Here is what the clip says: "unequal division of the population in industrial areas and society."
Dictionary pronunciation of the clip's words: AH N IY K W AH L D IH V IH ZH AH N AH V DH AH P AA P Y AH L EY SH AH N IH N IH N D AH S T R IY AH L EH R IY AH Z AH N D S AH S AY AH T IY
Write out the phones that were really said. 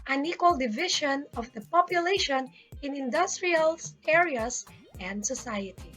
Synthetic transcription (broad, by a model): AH N IY K W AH L D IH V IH SH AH N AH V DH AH P AA P Y AH L EY SH AH N IH N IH N D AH S T R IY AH L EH R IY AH S AH N D S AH S AY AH T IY